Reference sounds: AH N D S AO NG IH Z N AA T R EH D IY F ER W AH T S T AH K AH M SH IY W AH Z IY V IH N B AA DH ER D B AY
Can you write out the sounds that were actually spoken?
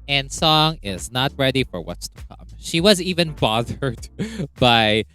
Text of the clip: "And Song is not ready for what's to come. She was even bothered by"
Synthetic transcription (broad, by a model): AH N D S AO NG IH Z N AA T R EH D IY F ER W AH T S T AH K AH M SH IY W AH Z IY V IH N B AA DH ER D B AY